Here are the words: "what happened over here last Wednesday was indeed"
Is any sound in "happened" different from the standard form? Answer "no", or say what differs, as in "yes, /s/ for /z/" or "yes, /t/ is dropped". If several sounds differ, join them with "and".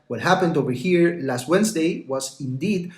no